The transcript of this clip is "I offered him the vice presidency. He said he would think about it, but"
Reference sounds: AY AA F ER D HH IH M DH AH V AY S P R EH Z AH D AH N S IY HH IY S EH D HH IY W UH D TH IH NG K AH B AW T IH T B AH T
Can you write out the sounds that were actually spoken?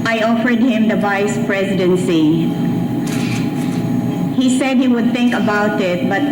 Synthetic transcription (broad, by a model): AY AA F ER D HH IH M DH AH V AY S P R EH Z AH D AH N S IY HH IY S EH D HH IY W UH D TH IH NG K AH B AW T IH T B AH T